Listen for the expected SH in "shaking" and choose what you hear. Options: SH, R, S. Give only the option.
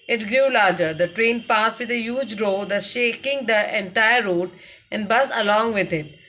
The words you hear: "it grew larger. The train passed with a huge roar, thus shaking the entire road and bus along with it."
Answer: SH